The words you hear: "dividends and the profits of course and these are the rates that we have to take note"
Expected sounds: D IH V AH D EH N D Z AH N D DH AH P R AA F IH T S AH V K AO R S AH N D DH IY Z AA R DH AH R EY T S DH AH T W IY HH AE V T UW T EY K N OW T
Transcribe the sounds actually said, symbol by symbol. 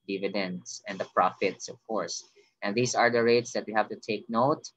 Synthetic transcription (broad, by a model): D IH V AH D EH N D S AH N D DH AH P R AA F IH T S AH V K AO R S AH N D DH IY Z AA R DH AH R EY T S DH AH T W IY HH AE V T UW T EY K N OW T